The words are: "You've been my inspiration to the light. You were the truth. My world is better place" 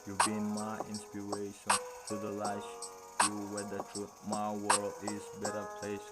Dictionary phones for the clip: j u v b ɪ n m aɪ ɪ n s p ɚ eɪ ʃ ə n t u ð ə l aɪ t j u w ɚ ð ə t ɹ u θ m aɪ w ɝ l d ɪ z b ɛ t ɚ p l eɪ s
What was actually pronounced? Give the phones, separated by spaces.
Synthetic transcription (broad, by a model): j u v b ɪ n m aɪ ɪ n s p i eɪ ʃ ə n t u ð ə l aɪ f j u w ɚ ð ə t u m aɪ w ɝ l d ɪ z b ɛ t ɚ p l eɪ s